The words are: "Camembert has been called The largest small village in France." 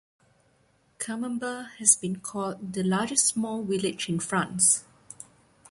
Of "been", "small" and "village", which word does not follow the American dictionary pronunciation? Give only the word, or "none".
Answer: village